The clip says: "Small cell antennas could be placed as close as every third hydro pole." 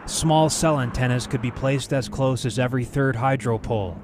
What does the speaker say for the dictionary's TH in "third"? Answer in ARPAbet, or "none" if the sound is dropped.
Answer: TH